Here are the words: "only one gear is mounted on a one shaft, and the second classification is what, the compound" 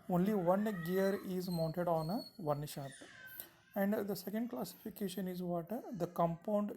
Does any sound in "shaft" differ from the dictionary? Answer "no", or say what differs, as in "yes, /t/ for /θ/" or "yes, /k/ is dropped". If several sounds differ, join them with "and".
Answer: yes, /f/ is dropped